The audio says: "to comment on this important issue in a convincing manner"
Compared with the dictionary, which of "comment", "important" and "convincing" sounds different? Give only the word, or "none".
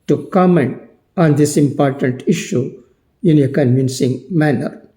none